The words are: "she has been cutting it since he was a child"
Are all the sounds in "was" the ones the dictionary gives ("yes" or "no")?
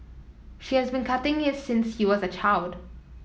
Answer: yes